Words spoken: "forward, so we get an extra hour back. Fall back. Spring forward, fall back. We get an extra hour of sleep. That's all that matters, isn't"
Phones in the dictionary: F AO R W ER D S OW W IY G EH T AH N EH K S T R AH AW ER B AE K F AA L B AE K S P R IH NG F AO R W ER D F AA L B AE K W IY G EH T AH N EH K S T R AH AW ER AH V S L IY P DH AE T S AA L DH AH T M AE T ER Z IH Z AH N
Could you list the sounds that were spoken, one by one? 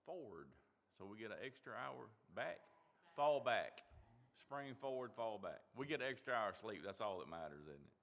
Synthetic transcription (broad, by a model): F AO R W ER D S OW W IY G EH T AH N EH K S T R AH AW ER B AE K F AA L B AE K S P R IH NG F AO R W ER D F AA L B AE K W IY G EH T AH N EH K S T R AH AW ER AH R S L IY P DH AE T S AA L DH AH T M AE T ER Z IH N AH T